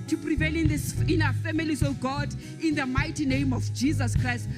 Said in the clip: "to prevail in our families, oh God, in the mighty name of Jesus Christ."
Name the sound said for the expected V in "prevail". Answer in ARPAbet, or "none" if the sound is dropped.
V